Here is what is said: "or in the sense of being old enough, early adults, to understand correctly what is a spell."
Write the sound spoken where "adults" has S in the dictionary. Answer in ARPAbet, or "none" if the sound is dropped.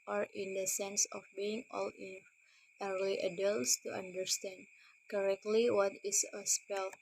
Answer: S